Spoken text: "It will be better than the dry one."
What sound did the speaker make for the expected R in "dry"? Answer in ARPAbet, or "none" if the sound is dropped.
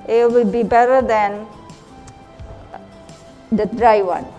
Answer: R